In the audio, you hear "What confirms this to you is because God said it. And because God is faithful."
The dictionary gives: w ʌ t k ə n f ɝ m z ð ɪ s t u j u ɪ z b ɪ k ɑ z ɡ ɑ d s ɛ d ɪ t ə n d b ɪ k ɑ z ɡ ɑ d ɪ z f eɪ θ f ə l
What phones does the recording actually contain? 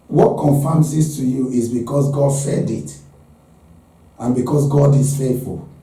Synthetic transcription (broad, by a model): w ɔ t k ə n f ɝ m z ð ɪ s t u j u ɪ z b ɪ k ɑ s ɡ ɑ d s ɛ d ɪ t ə n b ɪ k ɑ s ɡ ɑ d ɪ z f eɪ f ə l